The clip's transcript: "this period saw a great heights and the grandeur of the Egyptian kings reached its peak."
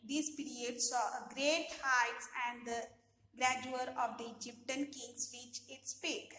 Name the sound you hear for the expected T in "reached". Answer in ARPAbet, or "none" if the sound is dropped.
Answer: none